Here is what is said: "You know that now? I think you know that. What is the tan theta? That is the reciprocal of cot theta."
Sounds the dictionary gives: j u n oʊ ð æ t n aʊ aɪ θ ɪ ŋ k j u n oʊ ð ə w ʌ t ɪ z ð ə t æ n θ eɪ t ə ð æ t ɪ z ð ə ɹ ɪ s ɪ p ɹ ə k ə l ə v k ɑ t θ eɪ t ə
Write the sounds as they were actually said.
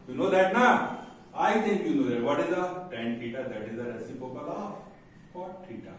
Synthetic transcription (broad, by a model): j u n oʊ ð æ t n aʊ aɪ t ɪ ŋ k j u n oʊ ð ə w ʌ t ɪ z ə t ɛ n t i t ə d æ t ɪ z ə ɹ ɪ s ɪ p ə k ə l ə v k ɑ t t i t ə